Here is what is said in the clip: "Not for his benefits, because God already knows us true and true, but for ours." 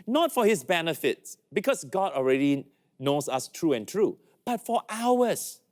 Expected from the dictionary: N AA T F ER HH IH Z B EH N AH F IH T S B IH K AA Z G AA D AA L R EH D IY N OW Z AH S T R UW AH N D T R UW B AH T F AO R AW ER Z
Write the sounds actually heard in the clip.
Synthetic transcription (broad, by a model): N AA T F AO HH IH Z B EH N AH F IH T S B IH K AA S G AA D AA L R EH D IY N OW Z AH S T R UW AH N T R UW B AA T F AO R AW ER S